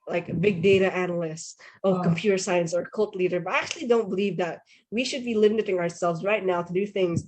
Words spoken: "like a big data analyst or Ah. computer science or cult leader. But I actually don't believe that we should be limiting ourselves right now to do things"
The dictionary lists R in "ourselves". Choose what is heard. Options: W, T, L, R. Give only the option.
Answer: R